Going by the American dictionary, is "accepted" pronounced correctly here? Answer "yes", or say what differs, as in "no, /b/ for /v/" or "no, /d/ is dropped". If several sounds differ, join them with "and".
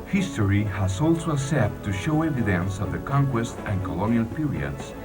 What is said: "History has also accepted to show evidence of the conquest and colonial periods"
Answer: no, /k/ is dropped